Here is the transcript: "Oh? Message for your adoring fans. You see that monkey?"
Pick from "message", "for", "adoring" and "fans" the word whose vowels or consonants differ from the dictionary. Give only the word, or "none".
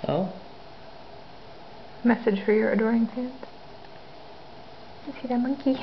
fans